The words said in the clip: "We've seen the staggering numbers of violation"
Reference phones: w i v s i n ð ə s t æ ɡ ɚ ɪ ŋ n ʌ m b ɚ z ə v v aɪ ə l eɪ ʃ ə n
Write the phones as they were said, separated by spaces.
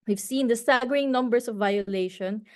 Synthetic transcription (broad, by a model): w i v s i n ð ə s t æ ɡ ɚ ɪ ŋ n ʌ m b ɚ s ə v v aɪ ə l eɪ ʃ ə n